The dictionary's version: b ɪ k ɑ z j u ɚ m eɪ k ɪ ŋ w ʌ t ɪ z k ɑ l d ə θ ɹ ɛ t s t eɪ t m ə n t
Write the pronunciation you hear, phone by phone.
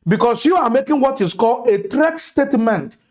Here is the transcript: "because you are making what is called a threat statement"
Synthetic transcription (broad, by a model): b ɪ k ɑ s j u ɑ m eɪ k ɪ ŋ w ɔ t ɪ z k ɑ l ə t ɹ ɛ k s t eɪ t m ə n t